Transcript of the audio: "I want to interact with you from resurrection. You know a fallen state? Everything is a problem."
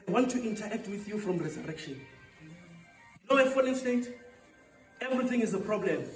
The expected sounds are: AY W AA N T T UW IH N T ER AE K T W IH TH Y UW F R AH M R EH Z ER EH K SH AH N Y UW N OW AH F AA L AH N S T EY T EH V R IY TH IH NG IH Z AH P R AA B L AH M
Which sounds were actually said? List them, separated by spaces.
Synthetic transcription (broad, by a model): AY W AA N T T UW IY N T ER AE K T W IH TH Y UW F R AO M R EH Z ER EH K SH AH N Y UW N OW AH F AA N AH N S T EY T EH V R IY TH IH NG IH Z AH P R AA B L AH M